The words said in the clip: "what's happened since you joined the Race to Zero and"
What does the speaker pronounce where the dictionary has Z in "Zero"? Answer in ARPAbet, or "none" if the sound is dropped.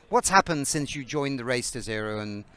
Z